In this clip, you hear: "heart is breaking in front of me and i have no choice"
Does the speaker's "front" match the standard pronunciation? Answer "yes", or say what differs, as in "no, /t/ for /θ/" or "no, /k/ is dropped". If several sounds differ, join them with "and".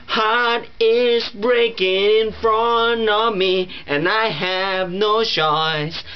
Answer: no, /t/ is dropped